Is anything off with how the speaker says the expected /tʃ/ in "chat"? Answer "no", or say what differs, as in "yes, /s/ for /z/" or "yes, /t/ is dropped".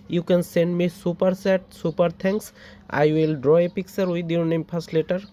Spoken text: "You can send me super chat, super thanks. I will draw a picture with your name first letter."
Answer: yes, /s/ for /tʃ/